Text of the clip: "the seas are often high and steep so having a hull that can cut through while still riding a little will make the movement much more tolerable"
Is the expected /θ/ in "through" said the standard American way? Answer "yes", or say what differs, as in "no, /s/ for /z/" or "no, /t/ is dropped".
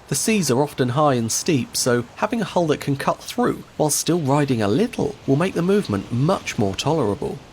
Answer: yes